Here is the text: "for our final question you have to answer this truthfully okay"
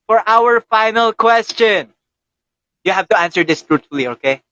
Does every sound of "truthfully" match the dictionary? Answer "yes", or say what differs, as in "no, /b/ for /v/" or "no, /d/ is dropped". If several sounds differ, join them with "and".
no, /t/ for /θ/